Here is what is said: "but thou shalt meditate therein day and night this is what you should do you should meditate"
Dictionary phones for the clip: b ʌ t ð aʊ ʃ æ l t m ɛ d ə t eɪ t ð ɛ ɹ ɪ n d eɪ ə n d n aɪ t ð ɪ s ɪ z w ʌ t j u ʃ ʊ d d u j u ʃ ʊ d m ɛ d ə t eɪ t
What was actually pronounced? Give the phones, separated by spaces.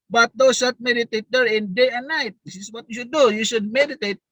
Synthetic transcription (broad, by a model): b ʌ t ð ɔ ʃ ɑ t m ɛ d ə t eɪ t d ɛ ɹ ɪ n d eɪ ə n n aɪ t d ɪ s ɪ s w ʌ t j u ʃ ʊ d d u j u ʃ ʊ d m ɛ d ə t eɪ t